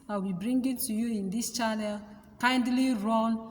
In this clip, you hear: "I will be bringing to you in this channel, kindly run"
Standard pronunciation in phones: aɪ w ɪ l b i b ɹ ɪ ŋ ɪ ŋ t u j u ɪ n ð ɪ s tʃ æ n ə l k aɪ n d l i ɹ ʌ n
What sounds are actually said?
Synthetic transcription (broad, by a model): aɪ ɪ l b i b ɹ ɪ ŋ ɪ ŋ t u j u ɪ n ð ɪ s tʃ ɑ n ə l k aɪ n d l i ɹ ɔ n